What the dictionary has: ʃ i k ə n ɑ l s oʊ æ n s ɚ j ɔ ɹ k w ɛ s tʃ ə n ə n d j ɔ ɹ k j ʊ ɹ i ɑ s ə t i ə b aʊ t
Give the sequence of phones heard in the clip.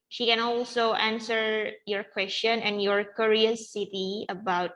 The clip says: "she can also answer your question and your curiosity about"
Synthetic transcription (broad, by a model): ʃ i k ə n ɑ l s oʊ æ n s ɚ j ɔ ɹ k w ɛ s tʃ ə n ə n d j ɔ ɹ k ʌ ɹ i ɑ s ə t i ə b aʊ t